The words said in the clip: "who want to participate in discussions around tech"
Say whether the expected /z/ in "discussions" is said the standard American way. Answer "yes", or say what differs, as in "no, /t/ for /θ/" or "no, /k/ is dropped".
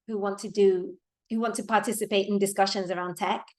yes